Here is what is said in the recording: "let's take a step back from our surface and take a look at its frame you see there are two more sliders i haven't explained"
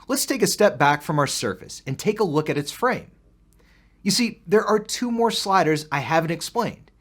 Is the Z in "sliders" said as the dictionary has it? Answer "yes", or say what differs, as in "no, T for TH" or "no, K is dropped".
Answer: yes